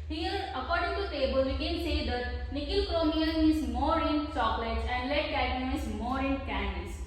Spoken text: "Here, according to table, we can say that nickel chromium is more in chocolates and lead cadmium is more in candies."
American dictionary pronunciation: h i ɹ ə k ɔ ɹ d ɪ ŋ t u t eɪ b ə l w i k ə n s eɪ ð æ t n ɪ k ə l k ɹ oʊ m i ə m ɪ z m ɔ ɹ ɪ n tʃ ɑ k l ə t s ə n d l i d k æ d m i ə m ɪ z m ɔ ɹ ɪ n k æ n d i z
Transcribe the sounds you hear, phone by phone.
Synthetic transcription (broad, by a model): h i ɹ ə k ɔ ɹ d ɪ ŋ t u t eɪ b ə l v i k ə n s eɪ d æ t n ɪ k ə l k ɹ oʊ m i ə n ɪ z m ɔ ɹ ɪ n s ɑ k l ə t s ə n d l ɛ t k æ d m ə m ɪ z m ɔ ɹ ɪ n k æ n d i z